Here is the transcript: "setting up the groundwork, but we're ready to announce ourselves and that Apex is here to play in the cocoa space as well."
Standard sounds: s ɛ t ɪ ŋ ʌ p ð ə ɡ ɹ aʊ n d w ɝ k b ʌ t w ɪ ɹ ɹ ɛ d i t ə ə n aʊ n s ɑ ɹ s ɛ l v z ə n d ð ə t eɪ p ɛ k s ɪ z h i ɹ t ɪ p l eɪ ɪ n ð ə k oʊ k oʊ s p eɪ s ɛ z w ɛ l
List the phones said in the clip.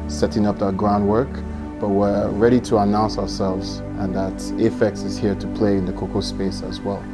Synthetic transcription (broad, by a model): s ɛ t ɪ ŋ ʌ p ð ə ɡ ɹ aʊ n d w ɝ k b ʌ t w ɪ ɹ ɹ ɛ d i t ə ə n aʊ n s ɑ ɹ s ɛ l v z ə n ð ə t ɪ f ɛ k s ɪ z h i ɹ t ɪ p l eɪ ɪ n ð ə k oʊ k oʊ s p eɪ s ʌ z w ɛ l